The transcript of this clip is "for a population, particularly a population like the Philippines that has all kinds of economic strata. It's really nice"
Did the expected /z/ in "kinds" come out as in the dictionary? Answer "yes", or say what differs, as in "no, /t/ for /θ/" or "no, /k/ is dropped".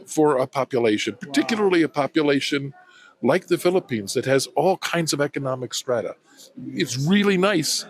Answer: yes